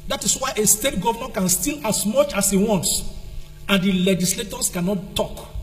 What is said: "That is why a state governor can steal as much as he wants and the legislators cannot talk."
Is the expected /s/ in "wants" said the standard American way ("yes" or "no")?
yes